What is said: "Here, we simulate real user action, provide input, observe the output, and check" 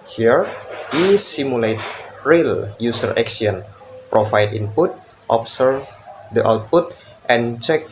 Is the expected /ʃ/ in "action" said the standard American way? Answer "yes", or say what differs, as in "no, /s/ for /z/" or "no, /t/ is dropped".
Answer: no, /s/ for /ʃ/